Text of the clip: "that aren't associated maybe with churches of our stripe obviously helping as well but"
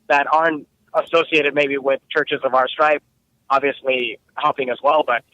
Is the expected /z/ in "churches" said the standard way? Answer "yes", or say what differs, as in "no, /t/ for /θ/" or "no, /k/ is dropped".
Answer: yes